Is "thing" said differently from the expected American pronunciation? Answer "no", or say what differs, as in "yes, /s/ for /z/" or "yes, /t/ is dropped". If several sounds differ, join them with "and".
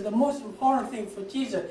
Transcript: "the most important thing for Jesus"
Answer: no